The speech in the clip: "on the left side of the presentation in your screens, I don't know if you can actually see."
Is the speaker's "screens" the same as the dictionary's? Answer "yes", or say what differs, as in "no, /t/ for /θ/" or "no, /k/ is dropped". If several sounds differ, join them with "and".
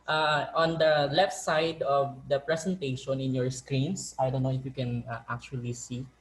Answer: no, /s/ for /z/